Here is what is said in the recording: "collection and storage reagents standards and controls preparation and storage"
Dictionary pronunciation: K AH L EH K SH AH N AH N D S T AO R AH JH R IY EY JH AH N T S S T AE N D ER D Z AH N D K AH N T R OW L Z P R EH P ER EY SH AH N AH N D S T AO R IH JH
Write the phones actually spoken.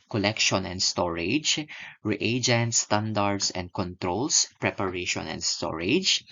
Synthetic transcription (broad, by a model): K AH L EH K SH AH N AH N D S T AO R AH JH R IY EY JH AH N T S S T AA N D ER D S AH N D K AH N T R OW L S P R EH P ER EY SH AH N AH N D S T AO R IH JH